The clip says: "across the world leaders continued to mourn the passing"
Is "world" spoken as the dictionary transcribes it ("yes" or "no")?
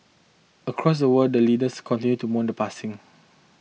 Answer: no